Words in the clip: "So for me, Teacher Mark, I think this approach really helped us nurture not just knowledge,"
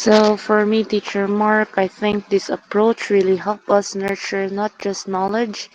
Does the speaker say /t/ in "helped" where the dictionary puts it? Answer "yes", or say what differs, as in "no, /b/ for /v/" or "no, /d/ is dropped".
no, /t/ is dropped